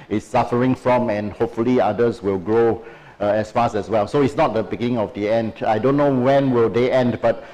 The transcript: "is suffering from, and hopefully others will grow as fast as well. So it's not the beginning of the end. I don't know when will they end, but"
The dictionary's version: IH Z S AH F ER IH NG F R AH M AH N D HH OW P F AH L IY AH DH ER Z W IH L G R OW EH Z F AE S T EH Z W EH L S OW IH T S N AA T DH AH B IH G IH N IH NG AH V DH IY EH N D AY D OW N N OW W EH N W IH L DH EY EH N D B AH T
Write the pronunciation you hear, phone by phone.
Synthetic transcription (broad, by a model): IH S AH F ER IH NG F R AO M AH N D HH OW P F AH L IY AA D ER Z W IH L G R OW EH S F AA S EH S W EH L S OW IH T S N AA T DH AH B IH G IH N IH NG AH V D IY EH N D AY D OW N N OW W EH N W IH L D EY EH N D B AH T